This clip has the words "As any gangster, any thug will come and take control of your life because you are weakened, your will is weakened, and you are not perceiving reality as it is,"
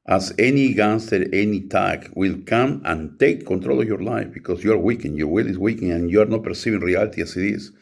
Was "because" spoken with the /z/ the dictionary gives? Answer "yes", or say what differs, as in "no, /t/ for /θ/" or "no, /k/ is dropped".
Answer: no, /s/ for /z/